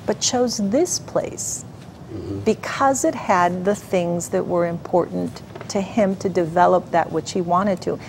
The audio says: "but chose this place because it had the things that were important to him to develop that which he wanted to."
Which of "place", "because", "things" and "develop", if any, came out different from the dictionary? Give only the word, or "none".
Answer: none